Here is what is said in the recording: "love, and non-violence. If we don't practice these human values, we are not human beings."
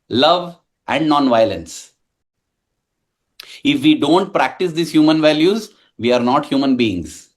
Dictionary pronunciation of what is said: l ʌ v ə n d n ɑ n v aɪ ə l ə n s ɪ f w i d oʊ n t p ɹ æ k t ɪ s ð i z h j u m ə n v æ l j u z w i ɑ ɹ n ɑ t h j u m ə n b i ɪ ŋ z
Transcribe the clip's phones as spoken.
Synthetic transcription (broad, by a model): l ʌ v ə n d n ɑ n v aɪ ə l ə n s ɪ f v i d oʊ n t p ɹ æ k t ɪ s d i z h j u m ə n v æ l j u z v i ɑ ɹ n ɑ t h j u m ə n b i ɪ ŋ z